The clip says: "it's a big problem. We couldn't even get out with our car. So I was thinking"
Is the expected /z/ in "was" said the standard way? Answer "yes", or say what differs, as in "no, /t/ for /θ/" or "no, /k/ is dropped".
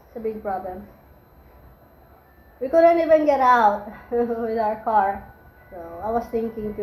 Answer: no, /s/ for /z/